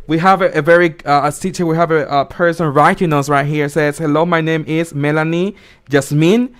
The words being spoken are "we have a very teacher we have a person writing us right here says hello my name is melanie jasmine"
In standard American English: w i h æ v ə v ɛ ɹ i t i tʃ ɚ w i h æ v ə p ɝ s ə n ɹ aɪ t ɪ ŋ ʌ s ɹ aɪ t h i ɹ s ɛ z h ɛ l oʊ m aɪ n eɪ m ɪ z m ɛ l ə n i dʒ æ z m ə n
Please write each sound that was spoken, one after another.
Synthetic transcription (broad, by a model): w i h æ v ə v ɛ ɹ i s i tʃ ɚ w i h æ v ə p ɝ s ə n ɹ aɪ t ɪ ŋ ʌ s ɹ aɪ t h i ɹ s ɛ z h ɛ l oʊ m aɪ n eɪ m ɪ z m ɛ l ə n i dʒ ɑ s m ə n